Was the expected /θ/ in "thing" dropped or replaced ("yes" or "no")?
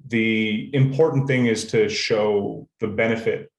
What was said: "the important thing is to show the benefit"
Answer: no